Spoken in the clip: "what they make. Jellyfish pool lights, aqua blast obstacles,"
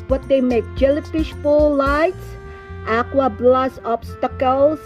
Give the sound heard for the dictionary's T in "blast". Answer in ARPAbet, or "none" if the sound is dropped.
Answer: none